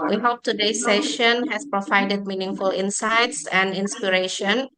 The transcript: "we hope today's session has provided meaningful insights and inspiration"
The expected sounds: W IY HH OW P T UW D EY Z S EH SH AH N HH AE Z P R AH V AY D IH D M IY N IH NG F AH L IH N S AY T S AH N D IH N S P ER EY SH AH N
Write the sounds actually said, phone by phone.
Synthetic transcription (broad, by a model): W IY HH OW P T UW D EY S EH SH AH N HH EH S P R AH V AY D IH D M IY N IH NG F AH L IH N S AY T S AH N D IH N S P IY EY SH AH N